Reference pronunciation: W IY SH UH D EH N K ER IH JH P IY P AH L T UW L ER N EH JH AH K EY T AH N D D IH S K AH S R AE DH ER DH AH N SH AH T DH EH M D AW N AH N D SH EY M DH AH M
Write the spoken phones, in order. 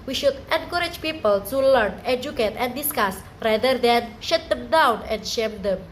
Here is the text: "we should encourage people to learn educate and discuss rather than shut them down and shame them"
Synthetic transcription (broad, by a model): W IY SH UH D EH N K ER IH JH P IY P AH L T UW L ER N EH JH AH K EY T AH N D D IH S K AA S R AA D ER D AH N SH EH T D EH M D AW N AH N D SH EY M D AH M